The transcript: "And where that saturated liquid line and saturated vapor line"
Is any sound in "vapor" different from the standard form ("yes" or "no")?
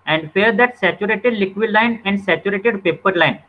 yes